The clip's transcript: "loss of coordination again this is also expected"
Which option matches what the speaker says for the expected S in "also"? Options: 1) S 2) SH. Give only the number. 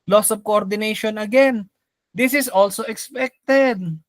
1